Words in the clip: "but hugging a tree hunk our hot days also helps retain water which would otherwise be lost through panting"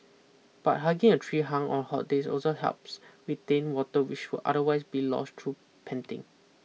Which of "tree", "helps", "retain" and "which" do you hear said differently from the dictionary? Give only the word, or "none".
retain